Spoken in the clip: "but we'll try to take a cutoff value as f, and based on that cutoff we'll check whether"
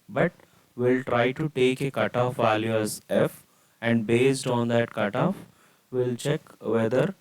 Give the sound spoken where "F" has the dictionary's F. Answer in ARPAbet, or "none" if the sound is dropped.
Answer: F